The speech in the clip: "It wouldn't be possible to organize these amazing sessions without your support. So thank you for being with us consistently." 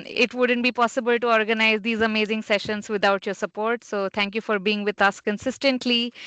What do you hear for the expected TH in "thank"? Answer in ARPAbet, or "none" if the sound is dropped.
T